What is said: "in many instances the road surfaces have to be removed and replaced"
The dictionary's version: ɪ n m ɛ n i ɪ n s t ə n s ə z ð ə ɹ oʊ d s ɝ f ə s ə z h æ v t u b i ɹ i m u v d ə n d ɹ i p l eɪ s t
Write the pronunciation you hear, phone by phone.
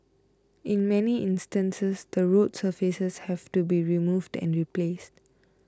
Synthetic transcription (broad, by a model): ɪ n m ɛ n i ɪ n s t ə n s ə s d ə ɹ oʊ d s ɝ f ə s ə s h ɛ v t u b i ɹ i m u v d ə n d ɹ i p l eɪ s t